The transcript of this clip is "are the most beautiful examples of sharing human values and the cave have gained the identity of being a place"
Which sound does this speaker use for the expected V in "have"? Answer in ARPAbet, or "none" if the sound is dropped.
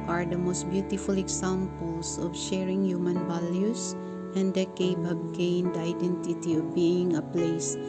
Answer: B